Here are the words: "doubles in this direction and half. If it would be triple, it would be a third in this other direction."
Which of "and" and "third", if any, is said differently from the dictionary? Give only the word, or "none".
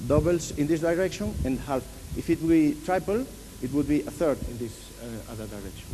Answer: none